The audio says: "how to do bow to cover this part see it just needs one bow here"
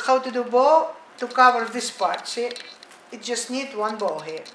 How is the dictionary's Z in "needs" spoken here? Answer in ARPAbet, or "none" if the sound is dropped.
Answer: none